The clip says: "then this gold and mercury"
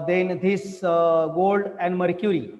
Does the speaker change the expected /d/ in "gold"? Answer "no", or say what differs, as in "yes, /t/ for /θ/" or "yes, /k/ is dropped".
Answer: no